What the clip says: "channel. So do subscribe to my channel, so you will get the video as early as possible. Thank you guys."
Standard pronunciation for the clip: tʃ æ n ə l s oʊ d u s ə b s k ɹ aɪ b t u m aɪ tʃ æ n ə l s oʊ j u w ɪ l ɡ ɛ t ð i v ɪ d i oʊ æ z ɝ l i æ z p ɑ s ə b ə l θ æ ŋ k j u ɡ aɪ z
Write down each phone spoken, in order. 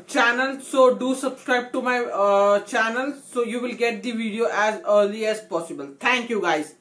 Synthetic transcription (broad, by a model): tʃ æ n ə l s oʊ d u s ə b s k ɹ aɪ b t u m aɪ tʃ æ n ə l s oʊ j u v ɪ l ɡ ɛ t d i v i d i oʊ æ z ɝ l i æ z p ɑ s ə b ə l t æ ŋ k j u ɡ aɪ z